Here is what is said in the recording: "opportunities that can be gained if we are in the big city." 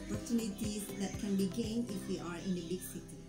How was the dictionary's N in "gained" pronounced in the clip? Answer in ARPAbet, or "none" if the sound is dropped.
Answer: N